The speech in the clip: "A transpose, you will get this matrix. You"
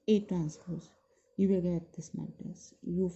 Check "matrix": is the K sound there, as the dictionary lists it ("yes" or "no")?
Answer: no